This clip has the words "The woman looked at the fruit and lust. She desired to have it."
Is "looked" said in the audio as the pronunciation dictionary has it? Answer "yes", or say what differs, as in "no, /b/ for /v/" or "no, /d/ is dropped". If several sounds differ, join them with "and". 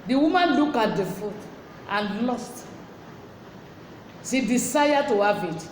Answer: no, /t/ is dropped